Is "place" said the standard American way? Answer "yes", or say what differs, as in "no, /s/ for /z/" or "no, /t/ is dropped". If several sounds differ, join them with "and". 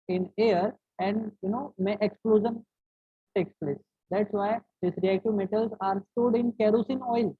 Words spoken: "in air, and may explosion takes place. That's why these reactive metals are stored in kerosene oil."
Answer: yes